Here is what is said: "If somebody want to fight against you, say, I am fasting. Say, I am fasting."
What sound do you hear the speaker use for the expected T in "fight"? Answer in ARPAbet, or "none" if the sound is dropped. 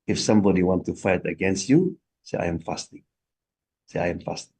T